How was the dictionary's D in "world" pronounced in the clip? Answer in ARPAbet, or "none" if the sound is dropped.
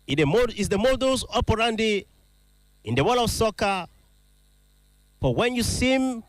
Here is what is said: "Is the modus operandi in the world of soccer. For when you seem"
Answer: none